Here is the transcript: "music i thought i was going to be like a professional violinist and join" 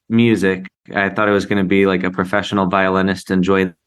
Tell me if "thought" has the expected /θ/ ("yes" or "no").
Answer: yes